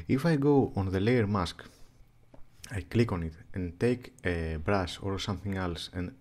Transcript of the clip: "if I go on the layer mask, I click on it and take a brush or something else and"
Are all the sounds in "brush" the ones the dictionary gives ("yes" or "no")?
no